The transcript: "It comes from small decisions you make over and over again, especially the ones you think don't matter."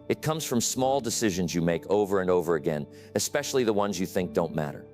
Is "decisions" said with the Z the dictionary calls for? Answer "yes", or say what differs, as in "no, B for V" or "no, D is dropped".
yes